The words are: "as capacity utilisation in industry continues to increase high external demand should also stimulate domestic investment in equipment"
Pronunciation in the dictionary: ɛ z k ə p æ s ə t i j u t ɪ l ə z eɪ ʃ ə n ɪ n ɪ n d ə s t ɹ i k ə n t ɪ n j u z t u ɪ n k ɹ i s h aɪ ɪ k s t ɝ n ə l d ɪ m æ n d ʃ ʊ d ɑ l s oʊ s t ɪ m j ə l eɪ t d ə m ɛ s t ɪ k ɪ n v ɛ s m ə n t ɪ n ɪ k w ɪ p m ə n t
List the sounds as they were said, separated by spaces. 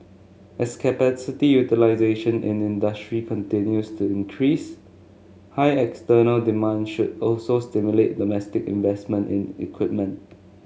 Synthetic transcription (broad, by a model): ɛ s k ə p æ s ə t i j u t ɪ l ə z eɪ ʃ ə n ɪ n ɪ n d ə s t ɹ i k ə n t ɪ n j u s t u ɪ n k ɹ i s h aɪ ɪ k s t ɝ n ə l d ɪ m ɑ n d ʃ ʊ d ɑ l s oʊ s t ɪ m j ə l eɪ t d ə m ɛ s t ɪ k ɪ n v ɛ s m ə n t ɪ n ɪ k w ɪ p m ə n t